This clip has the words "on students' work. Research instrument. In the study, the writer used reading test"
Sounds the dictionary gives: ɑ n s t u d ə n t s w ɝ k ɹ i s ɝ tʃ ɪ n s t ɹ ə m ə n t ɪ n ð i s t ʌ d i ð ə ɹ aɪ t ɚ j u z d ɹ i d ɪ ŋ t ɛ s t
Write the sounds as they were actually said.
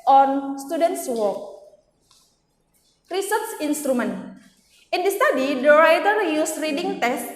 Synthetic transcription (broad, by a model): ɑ n s t u d ə n t s w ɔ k ɹ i s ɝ s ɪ n s t ɹ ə m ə n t ɪ n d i s t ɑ d i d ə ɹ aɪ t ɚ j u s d ɹ i d ɪ ŋ t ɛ s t